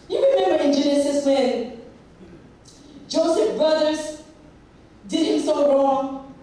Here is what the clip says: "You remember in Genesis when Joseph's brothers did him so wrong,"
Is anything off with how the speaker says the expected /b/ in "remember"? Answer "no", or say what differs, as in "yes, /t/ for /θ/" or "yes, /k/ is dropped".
yes, /b/ is dropped